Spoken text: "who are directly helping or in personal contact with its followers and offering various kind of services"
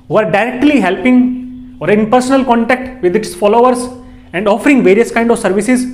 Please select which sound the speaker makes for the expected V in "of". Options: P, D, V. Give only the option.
V